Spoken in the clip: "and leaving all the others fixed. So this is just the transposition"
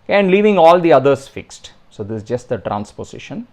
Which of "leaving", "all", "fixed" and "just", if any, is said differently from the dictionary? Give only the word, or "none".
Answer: none